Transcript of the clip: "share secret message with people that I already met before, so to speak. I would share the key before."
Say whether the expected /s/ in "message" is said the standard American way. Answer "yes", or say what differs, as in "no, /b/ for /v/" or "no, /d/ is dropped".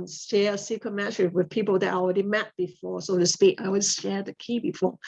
no, /ʃ/ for /s/